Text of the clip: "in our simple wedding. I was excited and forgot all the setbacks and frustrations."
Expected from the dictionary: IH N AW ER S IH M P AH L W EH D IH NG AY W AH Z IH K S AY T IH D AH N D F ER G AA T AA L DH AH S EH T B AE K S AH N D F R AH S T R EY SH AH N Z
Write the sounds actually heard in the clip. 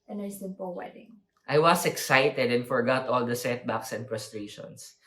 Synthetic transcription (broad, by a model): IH N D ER S IH M P AH L W EH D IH NG AY W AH S IH K S AY T IH D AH N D F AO G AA T AA L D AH S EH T B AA K S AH N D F R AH S T R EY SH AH N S